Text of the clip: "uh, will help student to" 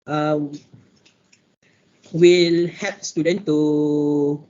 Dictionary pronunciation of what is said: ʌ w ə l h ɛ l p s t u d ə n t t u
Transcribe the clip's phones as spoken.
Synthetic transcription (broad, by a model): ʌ w ə l h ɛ p s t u d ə n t t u